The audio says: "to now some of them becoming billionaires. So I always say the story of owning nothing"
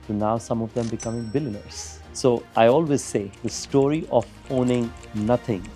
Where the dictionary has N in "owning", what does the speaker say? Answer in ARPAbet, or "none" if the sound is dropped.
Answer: N